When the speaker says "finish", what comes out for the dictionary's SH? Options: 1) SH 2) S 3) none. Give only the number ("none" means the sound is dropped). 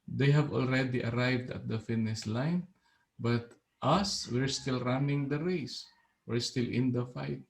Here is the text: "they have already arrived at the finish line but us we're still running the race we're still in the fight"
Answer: 2